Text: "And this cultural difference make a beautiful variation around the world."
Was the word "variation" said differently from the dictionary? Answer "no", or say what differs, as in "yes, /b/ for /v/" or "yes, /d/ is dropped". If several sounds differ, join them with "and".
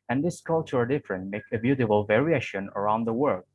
no